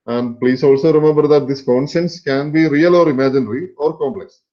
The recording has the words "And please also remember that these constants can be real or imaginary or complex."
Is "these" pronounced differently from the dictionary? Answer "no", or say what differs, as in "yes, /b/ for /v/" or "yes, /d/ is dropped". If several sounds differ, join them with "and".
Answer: yes, /s/ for /z/